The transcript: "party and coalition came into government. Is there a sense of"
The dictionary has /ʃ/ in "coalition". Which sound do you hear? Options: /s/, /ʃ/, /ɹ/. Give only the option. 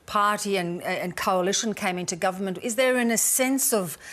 /ʃ/